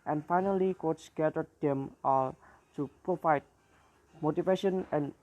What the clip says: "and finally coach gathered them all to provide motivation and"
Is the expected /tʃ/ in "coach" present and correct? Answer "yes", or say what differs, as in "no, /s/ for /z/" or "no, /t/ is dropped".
no, /s/ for /tʃ/